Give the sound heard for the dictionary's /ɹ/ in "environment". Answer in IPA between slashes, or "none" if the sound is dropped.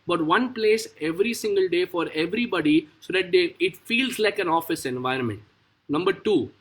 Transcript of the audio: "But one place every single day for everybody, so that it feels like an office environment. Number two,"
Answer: /ɹ/